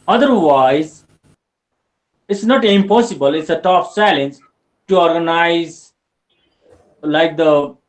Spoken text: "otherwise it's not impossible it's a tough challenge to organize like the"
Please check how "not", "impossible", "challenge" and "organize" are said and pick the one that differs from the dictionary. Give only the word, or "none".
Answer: challenge